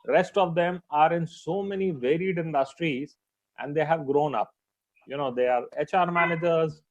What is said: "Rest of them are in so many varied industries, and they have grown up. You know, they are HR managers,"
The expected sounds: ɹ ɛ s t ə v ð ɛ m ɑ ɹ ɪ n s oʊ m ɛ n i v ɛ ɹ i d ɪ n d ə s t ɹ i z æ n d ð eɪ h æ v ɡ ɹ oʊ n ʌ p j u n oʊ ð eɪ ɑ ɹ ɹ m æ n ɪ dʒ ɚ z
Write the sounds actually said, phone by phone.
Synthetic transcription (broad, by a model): ɹ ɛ s t ə v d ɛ m ɑ ɹ ɪ n s oʊ m ɛ n i v ɛ ɹ i d ɪ n d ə s t ɹ i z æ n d eɪ h æ v ɡ ɹ oʊ n ʌ p j u n oʊ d eɪ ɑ ɹ ɹ m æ n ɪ dʒ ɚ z